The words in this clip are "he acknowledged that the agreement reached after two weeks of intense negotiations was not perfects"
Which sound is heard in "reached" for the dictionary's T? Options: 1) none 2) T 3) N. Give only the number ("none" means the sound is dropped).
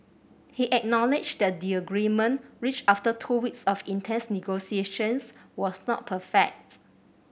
1